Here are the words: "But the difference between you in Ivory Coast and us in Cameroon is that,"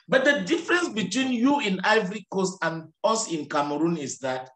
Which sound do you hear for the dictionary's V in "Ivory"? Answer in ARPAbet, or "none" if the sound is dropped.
V